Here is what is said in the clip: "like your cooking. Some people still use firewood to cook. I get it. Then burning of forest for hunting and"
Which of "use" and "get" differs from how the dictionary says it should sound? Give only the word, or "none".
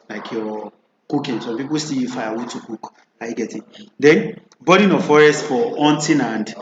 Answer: use